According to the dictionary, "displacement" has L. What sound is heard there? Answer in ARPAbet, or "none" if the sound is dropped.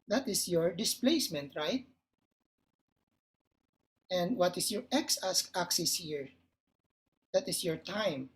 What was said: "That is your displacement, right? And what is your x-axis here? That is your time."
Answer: L